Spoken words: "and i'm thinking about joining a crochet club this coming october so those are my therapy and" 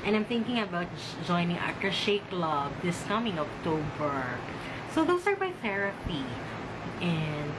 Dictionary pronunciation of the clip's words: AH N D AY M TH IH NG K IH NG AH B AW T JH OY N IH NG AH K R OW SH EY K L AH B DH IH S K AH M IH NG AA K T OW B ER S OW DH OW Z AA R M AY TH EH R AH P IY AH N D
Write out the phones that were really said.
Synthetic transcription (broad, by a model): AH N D AY M TH IH NG K IH NG AH B AW T JH OY N IH NG AH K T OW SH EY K L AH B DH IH S K AH M IH NG AA K T OW B ER S OW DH OW S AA R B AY TH EH R AH P IY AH N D